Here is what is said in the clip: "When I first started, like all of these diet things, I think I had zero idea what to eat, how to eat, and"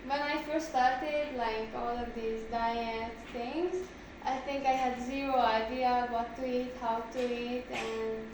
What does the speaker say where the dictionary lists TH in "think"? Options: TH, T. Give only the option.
T